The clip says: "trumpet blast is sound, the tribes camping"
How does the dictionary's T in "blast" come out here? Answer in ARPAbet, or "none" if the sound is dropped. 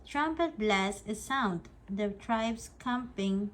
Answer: none